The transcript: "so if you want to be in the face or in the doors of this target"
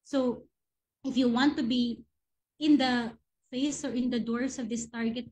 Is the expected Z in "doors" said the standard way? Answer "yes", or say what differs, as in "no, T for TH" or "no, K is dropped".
no, S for Z